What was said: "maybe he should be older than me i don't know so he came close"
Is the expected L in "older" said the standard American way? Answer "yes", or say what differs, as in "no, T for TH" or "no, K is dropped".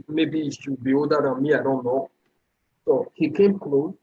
no, L is dropped